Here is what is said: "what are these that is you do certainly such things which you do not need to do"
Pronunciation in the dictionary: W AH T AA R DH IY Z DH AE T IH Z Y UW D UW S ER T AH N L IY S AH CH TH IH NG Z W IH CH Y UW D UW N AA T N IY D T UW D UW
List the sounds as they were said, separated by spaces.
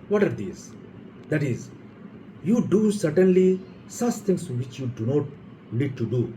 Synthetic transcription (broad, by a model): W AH T AA R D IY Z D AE T IH Z Y UW D UW S ER T AH N L IY S AH CH T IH NG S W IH CH Y UW D UW N AA T L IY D T UW D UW